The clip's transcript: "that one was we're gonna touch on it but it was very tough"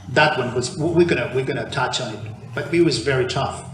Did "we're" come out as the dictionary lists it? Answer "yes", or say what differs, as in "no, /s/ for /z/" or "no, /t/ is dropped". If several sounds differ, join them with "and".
no, /w/ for /ɹ/